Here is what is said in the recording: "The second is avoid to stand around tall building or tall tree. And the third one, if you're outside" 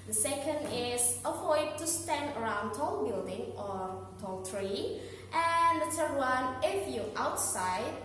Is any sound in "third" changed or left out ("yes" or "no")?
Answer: yes